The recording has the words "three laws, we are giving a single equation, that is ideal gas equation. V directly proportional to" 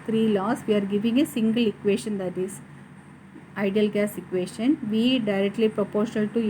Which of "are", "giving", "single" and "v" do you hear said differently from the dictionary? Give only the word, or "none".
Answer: none